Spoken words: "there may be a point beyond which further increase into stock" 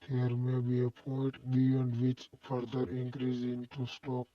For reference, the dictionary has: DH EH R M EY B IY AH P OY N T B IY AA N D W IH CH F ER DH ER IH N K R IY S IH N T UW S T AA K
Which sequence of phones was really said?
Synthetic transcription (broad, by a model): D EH R M EY B IY AH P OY T B IY AA N D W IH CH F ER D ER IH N K R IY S IH N T UW S T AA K